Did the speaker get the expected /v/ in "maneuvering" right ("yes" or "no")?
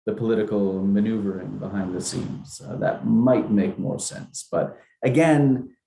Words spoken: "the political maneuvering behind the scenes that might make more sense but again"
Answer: yes